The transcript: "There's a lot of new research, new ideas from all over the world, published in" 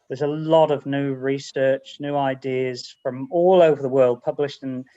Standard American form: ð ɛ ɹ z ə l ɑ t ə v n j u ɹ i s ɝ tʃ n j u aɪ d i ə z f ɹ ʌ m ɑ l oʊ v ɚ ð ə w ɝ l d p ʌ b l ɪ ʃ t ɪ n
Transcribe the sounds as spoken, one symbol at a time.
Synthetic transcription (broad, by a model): ð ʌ z ə l ɑ t ə v n j u ɹ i s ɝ tʃ n j u aɪ d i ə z f ɹ ʌ m ɑ l oʊ v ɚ ð ə w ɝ l d p ʌ b l ɪ ʃ t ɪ n